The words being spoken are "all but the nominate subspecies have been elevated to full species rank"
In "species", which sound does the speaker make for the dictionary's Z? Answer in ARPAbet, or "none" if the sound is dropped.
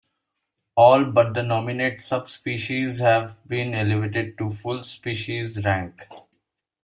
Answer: Z